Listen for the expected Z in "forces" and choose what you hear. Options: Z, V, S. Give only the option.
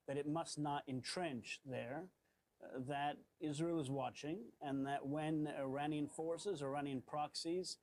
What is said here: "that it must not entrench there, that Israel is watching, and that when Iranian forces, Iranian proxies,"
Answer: Z